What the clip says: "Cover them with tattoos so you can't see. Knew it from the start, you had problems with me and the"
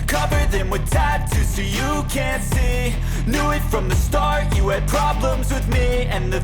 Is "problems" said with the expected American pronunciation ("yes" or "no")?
yes